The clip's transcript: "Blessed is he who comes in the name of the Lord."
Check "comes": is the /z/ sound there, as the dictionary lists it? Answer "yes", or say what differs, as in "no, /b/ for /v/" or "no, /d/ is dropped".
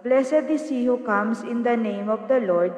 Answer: no, /s/ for /z/